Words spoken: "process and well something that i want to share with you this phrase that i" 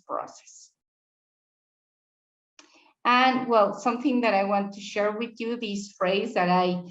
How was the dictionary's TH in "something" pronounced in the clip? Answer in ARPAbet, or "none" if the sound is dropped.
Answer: TH